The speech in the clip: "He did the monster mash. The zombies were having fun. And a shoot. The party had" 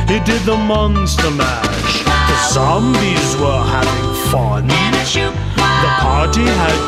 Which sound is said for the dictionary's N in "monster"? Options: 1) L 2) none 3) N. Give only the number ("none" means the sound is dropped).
3